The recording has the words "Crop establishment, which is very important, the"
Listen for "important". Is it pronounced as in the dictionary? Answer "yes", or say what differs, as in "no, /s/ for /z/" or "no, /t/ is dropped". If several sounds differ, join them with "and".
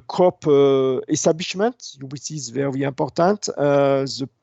no, /m/ is dropped